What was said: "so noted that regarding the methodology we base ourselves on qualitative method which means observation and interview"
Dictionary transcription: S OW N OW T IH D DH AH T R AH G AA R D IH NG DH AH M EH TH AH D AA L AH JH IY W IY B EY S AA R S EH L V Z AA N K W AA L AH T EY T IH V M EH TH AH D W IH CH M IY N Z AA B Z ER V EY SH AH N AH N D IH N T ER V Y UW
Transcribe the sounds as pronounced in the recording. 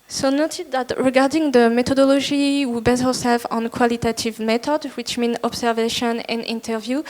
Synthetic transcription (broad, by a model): S OW N OW T IH D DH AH T R AH G AA R D IH NG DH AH M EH T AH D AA L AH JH IY W IY B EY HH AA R S EH L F AA N K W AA L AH T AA T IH V M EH T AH D W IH CH M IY N AA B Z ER V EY SH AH N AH N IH N T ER V Y UW